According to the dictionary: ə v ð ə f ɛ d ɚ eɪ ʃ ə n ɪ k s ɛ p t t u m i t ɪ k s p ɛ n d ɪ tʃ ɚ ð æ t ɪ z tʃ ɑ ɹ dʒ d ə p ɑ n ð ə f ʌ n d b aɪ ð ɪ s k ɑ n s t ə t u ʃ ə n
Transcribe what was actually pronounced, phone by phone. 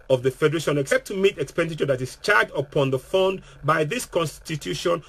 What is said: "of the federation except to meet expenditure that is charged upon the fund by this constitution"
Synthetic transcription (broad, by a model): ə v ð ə f ɛ d ɚ eɪ ʃ ə n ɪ k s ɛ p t t u m i t ɪ k s p ɛ n d ɪ tʃ ɚ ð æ t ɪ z tʃ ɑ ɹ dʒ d ə p ɑ n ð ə f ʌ n d b aɪ ð ɪ s k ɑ n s t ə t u ʃ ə n